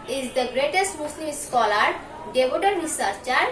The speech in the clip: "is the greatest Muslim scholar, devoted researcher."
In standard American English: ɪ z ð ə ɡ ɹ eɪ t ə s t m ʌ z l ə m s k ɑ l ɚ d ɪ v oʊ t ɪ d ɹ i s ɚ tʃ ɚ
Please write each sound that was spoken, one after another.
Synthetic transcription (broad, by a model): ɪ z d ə ɡ ɹ eɪ t ə s t m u s l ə m s k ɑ l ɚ d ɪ b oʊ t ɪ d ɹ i s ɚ tʃ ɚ